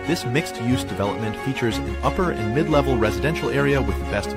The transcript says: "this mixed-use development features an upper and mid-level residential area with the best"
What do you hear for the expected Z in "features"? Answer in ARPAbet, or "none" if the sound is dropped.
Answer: Z